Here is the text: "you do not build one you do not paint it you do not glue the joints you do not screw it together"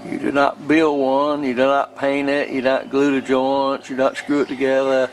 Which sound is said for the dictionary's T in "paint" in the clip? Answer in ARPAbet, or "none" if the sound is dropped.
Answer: none